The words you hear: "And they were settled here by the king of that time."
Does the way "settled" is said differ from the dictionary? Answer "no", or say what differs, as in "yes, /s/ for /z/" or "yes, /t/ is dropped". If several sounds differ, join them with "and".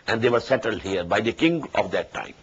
no